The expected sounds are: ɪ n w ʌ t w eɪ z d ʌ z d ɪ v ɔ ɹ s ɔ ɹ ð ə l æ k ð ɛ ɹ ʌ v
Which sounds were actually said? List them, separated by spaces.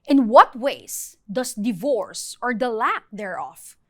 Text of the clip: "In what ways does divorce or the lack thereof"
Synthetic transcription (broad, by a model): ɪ n w ʌ t w eɪ s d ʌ s d ɪ v ɔ ɹ s ɔ ɹ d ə l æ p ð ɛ ɹ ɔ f